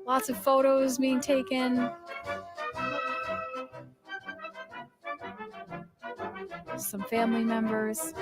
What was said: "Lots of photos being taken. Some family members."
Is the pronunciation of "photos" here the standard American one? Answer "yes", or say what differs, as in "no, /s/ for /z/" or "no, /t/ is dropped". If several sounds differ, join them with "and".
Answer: yes